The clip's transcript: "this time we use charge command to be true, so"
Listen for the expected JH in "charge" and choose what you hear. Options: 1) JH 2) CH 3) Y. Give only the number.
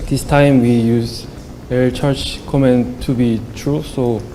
2